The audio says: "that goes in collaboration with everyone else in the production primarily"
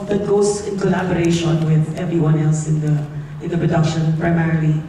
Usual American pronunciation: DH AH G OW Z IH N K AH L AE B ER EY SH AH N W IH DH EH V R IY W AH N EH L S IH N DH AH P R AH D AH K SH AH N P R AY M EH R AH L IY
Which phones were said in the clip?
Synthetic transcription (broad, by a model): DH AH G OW S IH N K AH L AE B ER EY SH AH N W IH DH EH V R IY W AH N EH L S IH N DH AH P R AH D AH K SH AH N P R AY M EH R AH L IY